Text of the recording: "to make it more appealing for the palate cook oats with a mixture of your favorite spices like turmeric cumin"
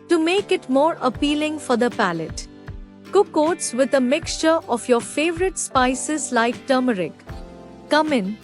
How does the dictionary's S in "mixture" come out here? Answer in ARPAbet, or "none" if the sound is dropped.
S